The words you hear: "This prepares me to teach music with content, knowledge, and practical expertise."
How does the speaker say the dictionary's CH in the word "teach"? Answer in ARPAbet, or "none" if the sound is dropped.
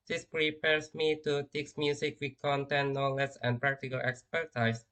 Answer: S